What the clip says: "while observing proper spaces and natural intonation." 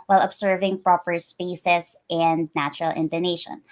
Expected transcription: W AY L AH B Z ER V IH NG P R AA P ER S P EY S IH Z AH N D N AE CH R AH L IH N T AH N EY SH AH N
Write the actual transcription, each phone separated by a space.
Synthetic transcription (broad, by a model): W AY L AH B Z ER V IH NG P R AA P ER S P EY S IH S AH N D N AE CH R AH L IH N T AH N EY SH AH N